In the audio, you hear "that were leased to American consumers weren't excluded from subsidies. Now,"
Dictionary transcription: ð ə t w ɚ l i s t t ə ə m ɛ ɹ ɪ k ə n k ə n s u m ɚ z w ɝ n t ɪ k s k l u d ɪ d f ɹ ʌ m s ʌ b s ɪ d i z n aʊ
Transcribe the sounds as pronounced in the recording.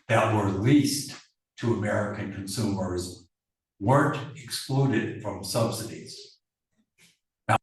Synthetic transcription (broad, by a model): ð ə t w ɚ l i s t t ə ə m ɛ ɹ ɪ k ə n k ə n s u m ɚ z w ɝ n t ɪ k s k l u d ɪ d f ɹ ʌ m s ʌ b s ɪ d i z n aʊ